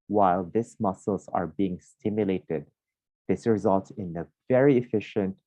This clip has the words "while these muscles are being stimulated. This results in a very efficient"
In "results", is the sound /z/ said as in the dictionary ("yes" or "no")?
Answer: yes